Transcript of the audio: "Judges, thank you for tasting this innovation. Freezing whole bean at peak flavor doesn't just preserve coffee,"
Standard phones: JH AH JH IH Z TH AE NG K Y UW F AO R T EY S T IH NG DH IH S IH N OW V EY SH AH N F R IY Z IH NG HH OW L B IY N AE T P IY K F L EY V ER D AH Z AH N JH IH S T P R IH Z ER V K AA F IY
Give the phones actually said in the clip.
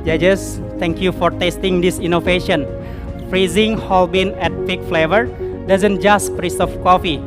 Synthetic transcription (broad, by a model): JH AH JH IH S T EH NG K Y UW F AO R T EY S T IH NG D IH S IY N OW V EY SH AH N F R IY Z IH NG HH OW L B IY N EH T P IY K F L EY V ER D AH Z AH N JH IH S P R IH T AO F K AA F IY